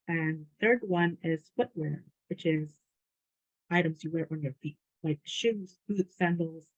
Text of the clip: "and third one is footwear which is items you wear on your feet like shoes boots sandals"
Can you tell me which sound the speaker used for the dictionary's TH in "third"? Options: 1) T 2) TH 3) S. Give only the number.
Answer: 2